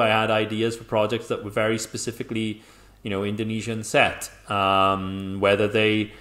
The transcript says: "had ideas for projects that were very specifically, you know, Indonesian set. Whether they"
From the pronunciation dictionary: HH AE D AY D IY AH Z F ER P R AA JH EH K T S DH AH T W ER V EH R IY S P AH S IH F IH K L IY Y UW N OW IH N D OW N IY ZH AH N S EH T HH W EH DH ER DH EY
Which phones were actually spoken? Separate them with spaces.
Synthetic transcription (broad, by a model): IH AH D AY D IY AH Z F ER P R AA JH EH K T S DH AH T W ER V EH R IY S P AH S IH F IH K L IY Y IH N OW IH N D OW N IY ZH AH N S EH T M W EH DH ER DH EY